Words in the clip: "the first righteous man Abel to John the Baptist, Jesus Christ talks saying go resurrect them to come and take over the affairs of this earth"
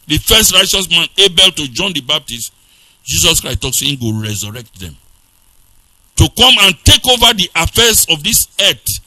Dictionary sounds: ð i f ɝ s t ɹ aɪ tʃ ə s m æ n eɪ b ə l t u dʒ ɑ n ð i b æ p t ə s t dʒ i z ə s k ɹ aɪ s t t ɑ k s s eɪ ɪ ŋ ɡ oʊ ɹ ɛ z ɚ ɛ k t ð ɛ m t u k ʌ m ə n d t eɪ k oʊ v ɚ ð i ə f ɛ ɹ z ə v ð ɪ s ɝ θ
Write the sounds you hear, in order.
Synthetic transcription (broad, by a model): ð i f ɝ s t ɹ aɪ tʃ ə s m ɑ n eɪ b ə l t u dʒ ɑ n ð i b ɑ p t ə s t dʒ i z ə s k ɹ aɪ s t t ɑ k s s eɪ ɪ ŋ ɡ oʊ ɹ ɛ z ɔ ɛ k t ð ɛ m t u k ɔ m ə n t eɪ k oʊ v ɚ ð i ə f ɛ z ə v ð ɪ s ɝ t